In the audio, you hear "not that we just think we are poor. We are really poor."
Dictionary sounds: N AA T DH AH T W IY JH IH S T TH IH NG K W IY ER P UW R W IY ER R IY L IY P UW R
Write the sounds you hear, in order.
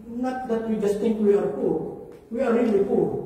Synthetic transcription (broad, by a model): N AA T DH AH T W IY JH IH S T T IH NG K W IY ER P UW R W IY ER R IY L IY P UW